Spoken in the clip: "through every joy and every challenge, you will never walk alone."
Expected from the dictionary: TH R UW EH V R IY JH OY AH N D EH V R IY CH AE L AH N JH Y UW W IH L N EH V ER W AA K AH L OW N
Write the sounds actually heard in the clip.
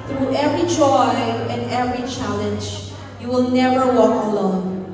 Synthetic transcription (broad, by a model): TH R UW EH V R IY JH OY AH N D EH V R IY CH AE L AH N JH Y UW W IH L N EH V ER W AA K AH L OW N